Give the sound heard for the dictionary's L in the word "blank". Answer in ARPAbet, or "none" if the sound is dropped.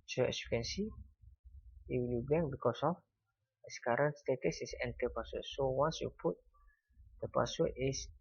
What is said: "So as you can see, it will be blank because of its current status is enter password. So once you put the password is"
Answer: none